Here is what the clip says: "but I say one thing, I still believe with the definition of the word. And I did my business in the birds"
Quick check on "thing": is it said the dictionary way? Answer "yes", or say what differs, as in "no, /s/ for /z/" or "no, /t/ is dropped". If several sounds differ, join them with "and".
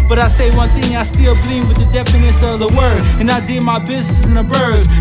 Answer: yes